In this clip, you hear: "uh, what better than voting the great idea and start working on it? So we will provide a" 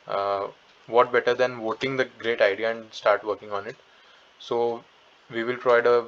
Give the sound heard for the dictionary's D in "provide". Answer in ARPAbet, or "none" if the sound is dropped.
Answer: D